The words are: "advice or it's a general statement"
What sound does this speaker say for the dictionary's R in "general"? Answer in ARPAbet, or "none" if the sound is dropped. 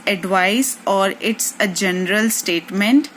R